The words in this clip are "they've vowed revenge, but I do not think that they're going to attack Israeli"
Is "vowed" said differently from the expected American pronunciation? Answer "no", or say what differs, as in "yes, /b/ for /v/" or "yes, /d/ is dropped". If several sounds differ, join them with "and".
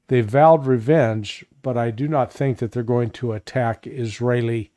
no